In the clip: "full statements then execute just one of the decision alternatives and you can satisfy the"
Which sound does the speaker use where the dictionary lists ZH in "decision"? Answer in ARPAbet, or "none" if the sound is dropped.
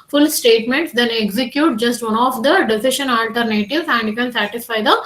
SH